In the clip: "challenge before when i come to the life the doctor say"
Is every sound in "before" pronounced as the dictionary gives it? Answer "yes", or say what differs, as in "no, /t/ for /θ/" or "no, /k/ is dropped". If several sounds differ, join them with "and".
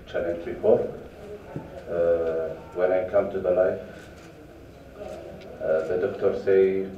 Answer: no, /p/ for /f/